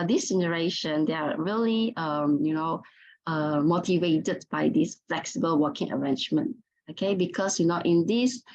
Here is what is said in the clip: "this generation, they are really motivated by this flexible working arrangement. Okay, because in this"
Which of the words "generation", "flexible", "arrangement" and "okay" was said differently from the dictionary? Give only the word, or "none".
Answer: none